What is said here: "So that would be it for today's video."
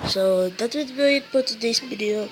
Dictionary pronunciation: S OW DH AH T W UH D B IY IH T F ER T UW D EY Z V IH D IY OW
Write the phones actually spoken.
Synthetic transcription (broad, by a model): S OW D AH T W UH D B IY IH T P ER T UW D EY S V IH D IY OW